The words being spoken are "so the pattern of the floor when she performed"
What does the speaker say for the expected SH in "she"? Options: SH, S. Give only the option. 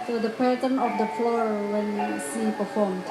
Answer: S